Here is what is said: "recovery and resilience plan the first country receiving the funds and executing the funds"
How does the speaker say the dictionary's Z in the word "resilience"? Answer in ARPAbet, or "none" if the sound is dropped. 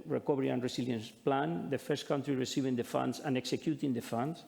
S